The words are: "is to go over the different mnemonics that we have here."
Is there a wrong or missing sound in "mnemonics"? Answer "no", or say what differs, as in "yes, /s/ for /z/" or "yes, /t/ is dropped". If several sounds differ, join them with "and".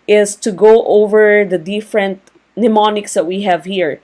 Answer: no